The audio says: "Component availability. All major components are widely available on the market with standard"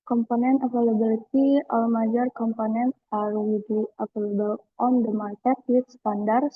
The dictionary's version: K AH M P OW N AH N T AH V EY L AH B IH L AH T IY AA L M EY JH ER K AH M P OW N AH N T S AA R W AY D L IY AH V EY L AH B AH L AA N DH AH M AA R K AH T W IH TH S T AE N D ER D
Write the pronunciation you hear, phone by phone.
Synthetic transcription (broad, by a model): K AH M P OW N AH N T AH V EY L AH B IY L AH T IY AA L M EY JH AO K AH M P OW N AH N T AA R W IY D IY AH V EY L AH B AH L AA N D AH M AA R K AH T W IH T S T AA N D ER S